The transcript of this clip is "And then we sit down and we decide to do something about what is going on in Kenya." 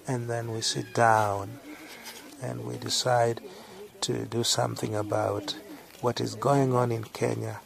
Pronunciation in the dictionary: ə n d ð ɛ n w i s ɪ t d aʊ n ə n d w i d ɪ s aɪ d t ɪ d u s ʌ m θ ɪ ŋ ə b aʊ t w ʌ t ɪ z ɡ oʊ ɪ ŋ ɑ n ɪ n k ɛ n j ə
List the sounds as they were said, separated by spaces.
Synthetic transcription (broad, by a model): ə n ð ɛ n w i s ɪ t d aʊ n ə n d w i d ɪ s aɪ d t ɪ d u s ʌ m θ ɪ ŋ ə b aʊ t w ʌ t ɪ z ɡ oʊ ɪ ŋ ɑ n ɪ n k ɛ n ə